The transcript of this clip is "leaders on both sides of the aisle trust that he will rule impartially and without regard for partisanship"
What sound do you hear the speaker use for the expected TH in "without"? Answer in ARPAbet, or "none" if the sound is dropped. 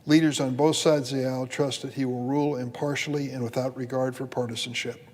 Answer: TH